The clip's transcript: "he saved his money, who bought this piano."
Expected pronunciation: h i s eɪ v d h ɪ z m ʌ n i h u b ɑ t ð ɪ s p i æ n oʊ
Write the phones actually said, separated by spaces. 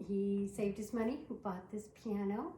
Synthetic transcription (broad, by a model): h i s eɪ v d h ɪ s m ʌ n i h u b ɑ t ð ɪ s p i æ n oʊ